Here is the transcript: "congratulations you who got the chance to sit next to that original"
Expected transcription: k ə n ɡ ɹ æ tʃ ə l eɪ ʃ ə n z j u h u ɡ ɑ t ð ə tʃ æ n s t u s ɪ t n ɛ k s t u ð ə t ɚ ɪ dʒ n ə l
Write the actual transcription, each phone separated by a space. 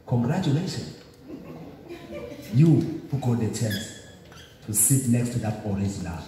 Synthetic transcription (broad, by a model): k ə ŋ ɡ ɹ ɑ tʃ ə l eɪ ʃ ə n j u h u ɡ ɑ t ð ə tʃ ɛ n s t u s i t n ɛ k s t u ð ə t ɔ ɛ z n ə